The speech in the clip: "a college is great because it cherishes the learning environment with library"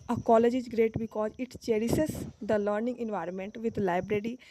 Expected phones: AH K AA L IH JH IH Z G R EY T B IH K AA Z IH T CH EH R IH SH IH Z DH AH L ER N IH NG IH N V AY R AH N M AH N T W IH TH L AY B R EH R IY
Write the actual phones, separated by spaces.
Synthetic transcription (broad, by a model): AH K AA L IH JH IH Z G R EY T B IH K AA Z IH T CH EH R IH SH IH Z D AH L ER N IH NG IH N V AY R AH N M AH N T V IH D L AY B R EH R IY